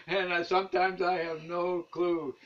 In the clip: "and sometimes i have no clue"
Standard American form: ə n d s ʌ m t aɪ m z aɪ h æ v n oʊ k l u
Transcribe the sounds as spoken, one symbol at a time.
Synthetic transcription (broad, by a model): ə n s ʌ m t aɪ m z aɪ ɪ v n oʊ k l u